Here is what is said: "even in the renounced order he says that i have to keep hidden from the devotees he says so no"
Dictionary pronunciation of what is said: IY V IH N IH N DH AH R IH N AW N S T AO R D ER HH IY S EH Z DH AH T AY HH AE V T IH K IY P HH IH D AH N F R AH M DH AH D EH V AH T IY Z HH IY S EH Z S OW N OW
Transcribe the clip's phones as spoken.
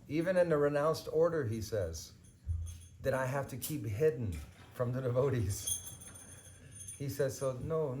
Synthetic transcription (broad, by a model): IY V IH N IH N DH AH R IH N AW N S T AO R D ER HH IY S EH Z DH AH T AY HH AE F T IH K IY P HH IH D N F R AH M DH AH D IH V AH T IY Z HH IY S EH Z S OW N OW